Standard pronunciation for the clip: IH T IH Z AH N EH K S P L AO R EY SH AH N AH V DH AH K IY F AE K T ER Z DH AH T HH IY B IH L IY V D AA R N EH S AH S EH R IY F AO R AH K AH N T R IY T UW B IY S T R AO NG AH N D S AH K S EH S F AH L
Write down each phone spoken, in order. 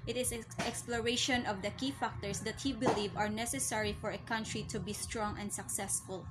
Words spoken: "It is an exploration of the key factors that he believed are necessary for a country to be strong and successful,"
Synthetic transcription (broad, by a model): T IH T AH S EH K S P L AO R EY SH AH N AH V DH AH K IY F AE K T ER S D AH T HH IY B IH L IY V AA R N EH S AH S EH R IY F AO R AH K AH N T R IY T UW B IY S T R AO NG AH N D S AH K S EH S F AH L